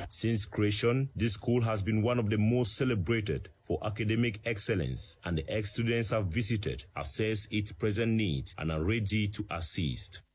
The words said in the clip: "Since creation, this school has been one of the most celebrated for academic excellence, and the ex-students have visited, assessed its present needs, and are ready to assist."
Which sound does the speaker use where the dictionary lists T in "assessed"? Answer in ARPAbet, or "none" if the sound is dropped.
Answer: none